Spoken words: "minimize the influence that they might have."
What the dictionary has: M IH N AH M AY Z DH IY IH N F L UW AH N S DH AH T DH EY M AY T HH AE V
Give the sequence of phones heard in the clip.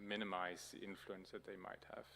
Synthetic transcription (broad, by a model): M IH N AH M AY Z DH IY IH N F L UW AH N S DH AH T DH EY M AY T HH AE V